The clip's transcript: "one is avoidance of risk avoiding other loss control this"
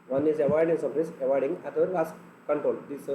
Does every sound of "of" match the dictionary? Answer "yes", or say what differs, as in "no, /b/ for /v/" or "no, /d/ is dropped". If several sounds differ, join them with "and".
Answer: no, /p/ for /v/